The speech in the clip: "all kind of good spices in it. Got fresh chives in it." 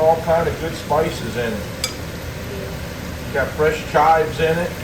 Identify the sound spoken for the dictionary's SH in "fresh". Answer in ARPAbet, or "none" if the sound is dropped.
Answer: SH